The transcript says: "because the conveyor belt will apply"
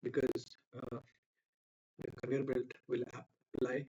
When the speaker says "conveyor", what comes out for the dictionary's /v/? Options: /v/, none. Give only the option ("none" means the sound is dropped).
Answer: none